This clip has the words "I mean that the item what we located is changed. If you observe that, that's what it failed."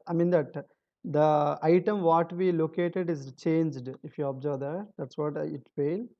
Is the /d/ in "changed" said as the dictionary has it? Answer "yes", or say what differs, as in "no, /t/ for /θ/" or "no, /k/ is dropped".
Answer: yes